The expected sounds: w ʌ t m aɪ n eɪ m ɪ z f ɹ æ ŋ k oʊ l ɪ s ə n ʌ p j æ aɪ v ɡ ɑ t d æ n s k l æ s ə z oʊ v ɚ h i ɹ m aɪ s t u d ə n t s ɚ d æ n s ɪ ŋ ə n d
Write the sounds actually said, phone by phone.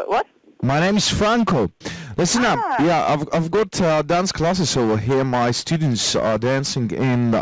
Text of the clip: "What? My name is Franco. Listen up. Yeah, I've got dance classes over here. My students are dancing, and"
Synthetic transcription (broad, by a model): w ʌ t m aɪ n eɪ m ɪ z f ɹ æ ŋ k oʊ l ɪ s ə n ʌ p j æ aɪ v ɡ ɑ t d æ n s k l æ s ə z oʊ w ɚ h i ɹ m aɪ s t u d n t s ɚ d æ n s ɪ ŋ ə n